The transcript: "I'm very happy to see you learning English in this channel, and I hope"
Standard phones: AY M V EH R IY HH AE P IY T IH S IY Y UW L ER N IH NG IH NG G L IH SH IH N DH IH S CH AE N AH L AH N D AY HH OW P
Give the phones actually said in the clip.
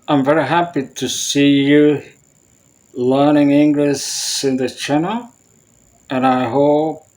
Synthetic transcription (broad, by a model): AY M V EH R IY HH AE P IY T IH S IY Y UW L ER N IH NG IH NG G L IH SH IH N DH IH CH AE N AH L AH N AY HH OW P